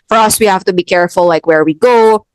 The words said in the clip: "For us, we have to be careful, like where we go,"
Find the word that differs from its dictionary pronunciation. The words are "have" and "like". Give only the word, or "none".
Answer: have